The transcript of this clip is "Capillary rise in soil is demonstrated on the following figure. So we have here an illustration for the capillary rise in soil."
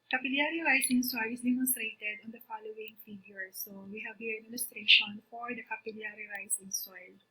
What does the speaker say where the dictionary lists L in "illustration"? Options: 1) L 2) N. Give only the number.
2